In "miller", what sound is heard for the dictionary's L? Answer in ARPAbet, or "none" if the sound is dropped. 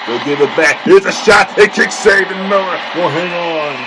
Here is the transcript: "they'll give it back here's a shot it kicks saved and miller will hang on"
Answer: none